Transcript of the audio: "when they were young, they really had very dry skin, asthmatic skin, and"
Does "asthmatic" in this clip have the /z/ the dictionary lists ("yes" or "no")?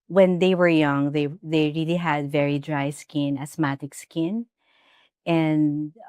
no